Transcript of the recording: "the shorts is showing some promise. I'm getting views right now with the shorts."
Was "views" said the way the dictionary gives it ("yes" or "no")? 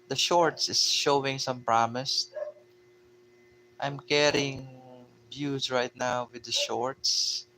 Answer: no